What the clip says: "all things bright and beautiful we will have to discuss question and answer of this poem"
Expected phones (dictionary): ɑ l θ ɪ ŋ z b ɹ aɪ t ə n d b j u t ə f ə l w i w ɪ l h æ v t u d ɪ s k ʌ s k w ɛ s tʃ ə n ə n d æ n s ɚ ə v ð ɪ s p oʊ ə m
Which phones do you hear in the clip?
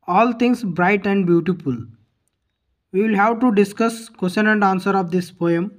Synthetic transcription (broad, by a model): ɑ l t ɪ ŋ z b ɹ aɪ t ə n d b j u t ə f ə l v i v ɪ l h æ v t u d ɪ s k ʌ s k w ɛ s ʃ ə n ə n d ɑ n s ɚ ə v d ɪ s p oʊ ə m